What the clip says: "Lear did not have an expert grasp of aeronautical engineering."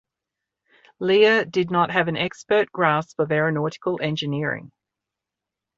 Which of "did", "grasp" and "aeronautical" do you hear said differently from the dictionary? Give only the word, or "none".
grasp